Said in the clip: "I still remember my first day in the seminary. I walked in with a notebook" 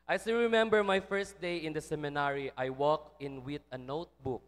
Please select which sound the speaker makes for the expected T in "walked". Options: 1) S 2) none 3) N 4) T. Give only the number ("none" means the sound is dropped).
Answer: 2